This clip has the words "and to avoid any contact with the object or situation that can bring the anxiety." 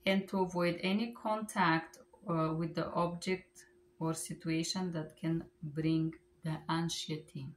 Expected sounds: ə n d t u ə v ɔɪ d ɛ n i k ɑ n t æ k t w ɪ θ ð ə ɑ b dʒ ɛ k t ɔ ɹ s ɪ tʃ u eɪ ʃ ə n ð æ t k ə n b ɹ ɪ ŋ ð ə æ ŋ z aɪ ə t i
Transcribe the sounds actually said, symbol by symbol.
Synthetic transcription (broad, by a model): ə n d t u ə v ɔɪ d ɛ n i k ɑ n t æ k t w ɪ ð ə ɑ b dʒ ɛ k t ɔ ɹ s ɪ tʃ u eɪ ʃ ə n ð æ t k ə n b ɹ ɪ ŋ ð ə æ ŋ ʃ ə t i